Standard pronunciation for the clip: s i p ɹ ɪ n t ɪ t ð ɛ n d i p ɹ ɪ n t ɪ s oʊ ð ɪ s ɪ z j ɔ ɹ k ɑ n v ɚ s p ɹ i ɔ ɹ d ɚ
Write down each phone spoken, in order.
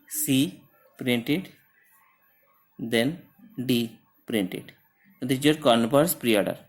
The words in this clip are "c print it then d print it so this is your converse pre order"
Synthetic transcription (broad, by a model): s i p ɹ ɪ n t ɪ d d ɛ n d i p ɹ ɪ n t ɪ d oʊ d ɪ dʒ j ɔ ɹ k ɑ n p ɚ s p ɹ i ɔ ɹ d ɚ